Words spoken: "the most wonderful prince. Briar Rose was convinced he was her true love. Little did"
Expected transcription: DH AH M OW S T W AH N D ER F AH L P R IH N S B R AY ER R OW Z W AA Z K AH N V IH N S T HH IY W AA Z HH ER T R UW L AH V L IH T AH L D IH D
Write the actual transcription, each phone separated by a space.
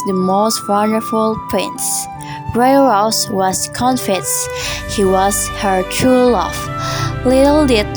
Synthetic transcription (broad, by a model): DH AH M OW S T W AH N D ER F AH L P R IH N S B R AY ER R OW S W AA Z K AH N F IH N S HH IY W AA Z HH ER T R UW L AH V L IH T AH L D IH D